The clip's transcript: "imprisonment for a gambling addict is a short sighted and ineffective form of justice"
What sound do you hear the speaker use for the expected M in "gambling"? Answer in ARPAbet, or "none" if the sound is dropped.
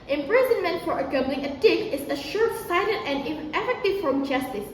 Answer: none